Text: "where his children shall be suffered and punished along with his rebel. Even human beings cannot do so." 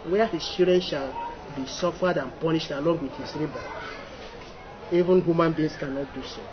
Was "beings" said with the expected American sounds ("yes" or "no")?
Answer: no